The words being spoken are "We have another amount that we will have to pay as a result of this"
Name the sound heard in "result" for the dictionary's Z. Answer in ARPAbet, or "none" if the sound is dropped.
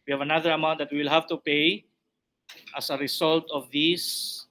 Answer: S